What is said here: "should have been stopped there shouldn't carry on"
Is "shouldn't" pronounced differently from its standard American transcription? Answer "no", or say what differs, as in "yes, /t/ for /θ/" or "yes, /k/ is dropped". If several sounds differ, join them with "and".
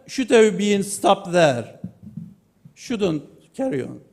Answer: no